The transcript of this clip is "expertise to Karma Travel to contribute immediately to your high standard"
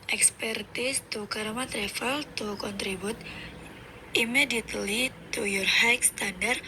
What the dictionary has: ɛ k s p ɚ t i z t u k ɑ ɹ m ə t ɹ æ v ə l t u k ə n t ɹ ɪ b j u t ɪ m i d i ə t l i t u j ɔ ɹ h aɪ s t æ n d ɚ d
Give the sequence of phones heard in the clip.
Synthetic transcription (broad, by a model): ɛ k s p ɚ t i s t u k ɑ ɹ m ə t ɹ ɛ f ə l t u k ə n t ɹ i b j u t ɪ m i d i ə t l i t u j ɔ ɹ h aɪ s t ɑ n d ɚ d